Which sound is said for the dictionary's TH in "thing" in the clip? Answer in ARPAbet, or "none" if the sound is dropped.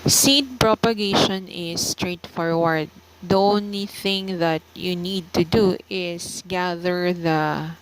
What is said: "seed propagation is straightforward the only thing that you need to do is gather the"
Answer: TH